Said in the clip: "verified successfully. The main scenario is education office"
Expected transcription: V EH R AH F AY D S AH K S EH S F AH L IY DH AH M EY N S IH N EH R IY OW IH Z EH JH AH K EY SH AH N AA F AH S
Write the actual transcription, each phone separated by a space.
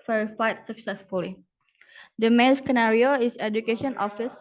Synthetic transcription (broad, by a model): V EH R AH F AY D S AH K S EH S F AH L IY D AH M EY N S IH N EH R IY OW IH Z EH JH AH K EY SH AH N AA F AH S